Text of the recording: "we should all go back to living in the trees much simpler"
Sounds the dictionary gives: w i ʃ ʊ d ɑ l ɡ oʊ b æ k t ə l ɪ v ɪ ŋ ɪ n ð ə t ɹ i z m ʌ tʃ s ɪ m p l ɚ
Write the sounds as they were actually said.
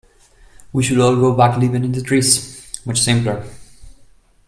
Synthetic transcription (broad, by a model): w i ʃ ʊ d ɑ l ɡ oʊ b æ k l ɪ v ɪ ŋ ɪ n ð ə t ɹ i s m ʌ tʃ s ɪ m p l ɚ